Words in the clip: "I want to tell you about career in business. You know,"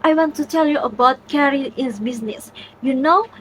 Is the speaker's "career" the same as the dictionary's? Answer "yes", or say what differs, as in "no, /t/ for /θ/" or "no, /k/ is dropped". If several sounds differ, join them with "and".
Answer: no, /l/ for /ɹ/